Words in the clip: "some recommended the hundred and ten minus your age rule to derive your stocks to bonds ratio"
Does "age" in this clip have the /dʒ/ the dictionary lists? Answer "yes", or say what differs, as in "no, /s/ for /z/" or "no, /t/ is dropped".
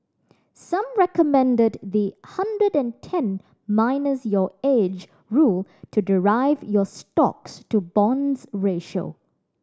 yes